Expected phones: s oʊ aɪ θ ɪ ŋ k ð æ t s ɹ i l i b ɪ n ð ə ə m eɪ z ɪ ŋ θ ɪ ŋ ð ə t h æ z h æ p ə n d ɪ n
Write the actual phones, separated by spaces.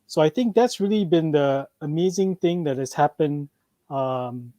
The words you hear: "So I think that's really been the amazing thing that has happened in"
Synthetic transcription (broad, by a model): s oʊ aɪ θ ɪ ŋ k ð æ t s ɹ i l i b ɪ n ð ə ə m eɪ z ɪ ŋ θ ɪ ŋ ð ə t h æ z h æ p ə n ɪ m